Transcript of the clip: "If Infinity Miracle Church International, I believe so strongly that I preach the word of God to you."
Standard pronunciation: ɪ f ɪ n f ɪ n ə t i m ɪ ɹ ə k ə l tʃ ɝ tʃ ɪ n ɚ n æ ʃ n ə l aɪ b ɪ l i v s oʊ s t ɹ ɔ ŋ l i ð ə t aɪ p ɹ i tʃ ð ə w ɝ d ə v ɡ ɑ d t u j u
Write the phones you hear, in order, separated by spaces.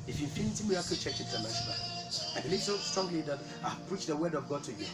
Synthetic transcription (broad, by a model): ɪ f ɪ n f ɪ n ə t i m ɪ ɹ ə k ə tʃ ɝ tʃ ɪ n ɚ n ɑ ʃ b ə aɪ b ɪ l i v s oʊ s t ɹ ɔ ŋ l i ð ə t aɪ p ɹ i tʃ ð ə w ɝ d ə v ɡ ɑ d t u j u